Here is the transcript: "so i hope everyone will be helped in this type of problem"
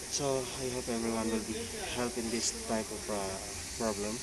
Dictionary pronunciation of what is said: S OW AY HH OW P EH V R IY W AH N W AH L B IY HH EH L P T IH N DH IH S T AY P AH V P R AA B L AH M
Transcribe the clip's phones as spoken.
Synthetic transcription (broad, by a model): S OW AY HH OW P EH V R IY W AH N W AH L B IY HH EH L P IH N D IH S T AY P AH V P R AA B L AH M